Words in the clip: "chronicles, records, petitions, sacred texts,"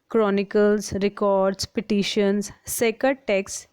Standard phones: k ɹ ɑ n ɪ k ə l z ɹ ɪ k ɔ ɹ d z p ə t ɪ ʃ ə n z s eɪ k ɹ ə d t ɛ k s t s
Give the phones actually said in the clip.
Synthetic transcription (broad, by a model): k ɹ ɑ n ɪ k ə l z ɹ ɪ k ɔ ɹ d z p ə t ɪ ʃ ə n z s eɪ k ə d t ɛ k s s